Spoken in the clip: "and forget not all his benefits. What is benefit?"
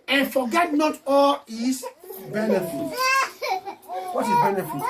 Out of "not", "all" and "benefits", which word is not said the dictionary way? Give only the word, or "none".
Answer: benefits